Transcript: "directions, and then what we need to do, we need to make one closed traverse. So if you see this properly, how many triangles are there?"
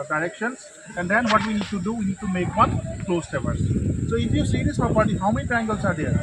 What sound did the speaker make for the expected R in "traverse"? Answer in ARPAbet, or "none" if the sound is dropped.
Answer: none